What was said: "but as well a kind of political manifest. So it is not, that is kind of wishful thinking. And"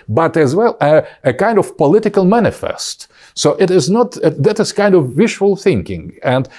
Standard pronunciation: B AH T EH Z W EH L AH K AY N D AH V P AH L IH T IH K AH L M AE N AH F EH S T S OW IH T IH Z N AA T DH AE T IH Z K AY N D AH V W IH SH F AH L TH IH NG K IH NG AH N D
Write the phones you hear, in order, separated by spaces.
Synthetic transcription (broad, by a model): B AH T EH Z W EH L AH K AY N D AH V P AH L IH T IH K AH L M AE N AH F EH S T S OW IH T IH Z N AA T DH AE T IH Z K AY N D AH V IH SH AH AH L TH IH NG K IH NG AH N D